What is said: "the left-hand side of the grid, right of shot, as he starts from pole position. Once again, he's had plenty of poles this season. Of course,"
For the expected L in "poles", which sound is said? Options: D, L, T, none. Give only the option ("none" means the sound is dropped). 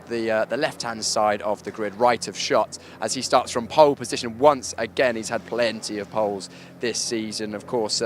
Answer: L